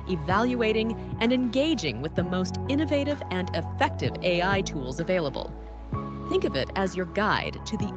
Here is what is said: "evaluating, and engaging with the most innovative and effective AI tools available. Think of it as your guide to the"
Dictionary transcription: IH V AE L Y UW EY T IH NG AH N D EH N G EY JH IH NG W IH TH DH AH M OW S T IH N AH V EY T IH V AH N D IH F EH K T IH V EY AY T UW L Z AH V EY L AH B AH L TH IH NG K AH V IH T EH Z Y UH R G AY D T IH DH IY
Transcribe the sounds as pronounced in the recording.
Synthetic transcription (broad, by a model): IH V AE L Y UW EY T IH NG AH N EH N G EY JH IH NG W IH DH AH M OW S T IH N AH V EY T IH V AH N IH F EH K T IH V EY AY T UW L Z AH V EY L AH B AH L TH IH NG K AH V IH T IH Z Y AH R G AY D T IH DH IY